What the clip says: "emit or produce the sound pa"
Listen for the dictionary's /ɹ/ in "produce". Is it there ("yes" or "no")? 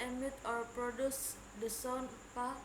yes